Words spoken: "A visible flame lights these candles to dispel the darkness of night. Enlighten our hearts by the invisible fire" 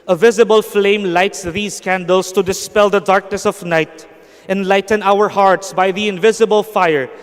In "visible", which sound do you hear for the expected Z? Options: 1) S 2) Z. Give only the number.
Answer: 2